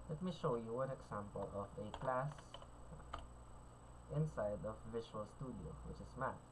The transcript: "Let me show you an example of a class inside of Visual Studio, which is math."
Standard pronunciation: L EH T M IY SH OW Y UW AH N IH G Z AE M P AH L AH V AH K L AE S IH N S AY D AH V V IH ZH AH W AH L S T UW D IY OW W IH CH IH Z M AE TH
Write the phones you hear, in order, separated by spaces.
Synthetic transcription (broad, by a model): L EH T M IY SH OW Y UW AH N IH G S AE M P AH L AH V AH K L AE S IH N S AY D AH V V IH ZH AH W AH L S T UW D IY OW W IH CH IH S M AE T